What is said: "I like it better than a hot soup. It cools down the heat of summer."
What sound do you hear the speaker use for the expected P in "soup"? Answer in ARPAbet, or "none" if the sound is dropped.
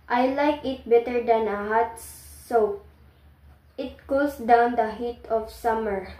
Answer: none